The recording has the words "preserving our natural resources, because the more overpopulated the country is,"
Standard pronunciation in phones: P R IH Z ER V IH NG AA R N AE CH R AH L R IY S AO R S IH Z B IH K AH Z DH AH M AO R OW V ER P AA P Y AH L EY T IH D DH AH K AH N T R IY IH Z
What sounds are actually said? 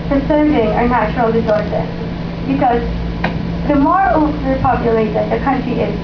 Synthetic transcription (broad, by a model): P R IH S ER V IH NG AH R N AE CH R L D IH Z AO R S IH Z B IH K AH Z DH AH M AO R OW ER P AA P Y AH L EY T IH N DH AH K AH N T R IY IH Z